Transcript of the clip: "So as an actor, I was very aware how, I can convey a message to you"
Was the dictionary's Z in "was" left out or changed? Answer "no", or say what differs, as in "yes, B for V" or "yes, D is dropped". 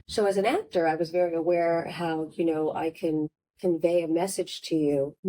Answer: no